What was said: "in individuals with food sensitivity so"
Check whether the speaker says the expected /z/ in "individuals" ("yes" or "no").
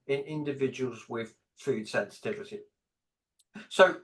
yes